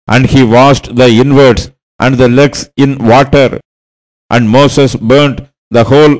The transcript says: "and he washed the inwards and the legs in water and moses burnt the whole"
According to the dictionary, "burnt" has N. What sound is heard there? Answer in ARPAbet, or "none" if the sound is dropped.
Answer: N